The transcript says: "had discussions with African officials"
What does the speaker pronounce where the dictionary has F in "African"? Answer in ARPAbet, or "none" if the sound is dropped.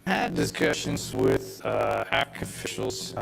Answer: none